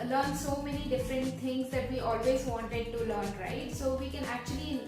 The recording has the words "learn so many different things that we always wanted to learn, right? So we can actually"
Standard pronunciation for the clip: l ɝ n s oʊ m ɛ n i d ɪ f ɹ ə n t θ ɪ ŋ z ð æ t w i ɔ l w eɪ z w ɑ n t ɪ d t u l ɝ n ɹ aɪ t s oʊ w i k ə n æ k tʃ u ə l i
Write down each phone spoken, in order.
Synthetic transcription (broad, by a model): l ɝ n s oʊ m ɛ n i d ɪ f ɹ ə n t t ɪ ŋ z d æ t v i ɔ l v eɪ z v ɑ n t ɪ d t u l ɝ n ɹ aɪ t s oʊ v i k ə n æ k tʃ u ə l i